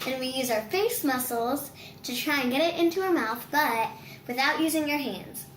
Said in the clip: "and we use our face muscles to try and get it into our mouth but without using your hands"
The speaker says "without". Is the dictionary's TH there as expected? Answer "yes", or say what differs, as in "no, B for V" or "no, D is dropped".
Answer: yes